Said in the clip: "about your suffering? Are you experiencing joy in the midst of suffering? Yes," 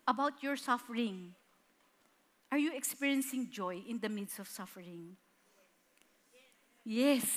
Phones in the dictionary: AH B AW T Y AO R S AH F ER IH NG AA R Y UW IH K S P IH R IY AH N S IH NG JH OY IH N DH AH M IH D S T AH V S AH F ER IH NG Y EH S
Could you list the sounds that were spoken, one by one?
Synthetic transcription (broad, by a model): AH B AW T Y AO R S AH F ER IH NG AA R Y UW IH K S P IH R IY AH N S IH NG JH OY IH N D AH M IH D S AH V S AH F ER IH NG Y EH S